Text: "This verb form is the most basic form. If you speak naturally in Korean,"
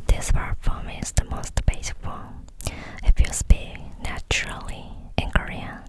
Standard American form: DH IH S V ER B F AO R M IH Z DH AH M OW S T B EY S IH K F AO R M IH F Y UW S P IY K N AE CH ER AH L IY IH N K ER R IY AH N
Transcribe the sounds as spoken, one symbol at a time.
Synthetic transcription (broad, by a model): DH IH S P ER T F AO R M IH Z DH AH M OW S T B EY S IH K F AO IH F Y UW S P IY K N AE CH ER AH L IY IH N K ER R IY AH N